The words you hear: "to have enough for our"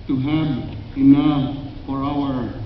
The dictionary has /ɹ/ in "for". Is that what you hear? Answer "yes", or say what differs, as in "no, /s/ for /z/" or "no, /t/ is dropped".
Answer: no, /l/ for /ɹ/